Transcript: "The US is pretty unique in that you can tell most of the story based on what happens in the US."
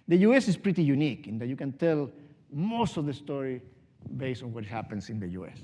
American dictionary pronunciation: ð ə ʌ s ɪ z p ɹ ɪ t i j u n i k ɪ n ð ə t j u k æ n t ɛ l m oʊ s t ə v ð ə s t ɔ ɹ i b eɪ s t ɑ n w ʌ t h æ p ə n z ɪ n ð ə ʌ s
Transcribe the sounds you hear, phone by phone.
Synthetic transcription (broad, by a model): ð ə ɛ s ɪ s p ɹ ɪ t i j u n i k ɪ n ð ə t j u k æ n t ɛ l m oʊ s t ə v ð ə s t ɔ ɹ i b eɪ s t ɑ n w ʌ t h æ p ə n s ɪ n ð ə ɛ s